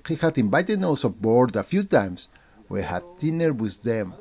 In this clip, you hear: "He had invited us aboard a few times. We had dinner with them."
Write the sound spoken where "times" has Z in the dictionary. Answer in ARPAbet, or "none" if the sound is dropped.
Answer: S